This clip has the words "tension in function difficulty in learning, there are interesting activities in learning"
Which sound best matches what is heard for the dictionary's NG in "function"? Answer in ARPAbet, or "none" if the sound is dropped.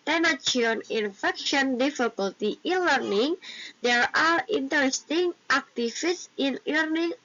none